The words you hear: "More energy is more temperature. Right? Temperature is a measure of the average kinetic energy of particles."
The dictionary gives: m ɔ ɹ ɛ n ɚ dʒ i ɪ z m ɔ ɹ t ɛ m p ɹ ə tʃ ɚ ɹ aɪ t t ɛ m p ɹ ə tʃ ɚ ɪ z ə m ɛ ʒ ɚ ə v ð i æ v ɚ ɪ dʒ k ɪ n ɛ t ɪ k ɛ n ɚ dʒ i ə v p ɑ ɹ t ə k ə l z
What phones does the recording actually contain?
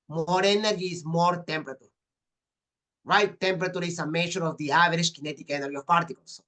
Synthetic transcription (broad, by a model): m ɔ ɹ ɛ n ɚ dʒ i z m ɔ ɹ t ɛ m p ɹ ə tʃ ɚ ɹ aɪ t t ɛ m p ɹ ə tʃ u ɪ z ə m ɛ ʃ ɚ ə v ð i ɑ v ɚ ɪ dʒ k ɪ n ɛ t ɪ k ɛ n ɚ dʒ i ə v p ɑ ɹ t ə k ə l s